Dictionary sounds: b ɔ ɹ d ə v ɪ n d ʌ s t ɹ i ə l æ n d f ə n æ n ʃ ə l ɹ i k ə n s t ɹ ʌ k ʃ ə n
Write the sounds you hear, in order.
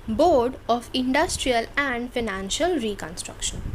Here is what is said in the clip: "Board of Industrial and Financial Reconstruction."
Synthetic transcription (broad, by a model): b ɔ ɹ d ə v ɪ n d ʌ s t ɹ i ə l æ n d f ə n æ n ʃ ə l ɹ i k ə n s t ɹ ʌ k ʃ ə n